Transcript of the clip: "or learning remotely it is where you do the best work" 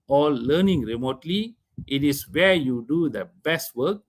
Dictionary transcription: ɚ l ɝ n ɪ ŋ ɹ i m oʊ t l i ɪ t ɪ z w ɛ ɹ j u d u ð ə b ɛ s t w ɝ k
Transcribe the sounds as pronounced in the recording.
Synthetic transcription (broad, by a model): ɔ l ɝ n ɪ ŋ ɹ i m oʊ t l i ɪ t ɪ s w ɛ j u d u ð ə b ɛ s t w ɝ k